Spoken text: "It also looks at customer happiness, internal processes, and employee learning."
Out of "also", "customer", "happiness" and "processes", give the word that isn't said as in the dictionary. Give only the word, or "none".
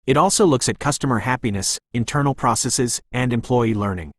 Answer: none